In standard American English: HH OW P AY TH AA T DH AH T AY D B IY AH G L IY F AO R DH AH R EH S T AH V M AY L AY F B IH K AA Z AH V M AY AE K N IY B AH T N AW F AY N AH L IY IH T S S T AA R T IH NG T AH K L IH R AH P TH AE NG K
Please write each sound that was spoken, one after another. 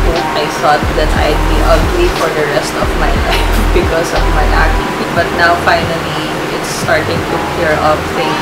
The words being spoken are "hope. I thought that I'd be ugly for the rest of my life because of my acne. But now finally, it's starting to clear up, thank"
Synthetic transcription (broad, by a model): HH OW AY S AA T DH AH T AY D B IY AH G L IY F AO R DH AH R EH S T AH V M AY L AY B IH K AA S AH V M AY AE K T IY B AH T N AW F AY N AH L IY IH T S S T AA R T IH NG T AH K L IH R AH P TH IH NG